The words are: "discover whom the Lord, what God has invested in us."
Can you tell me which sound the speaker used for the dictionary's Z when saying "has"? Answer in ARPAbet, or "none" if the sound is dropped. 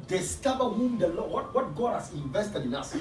S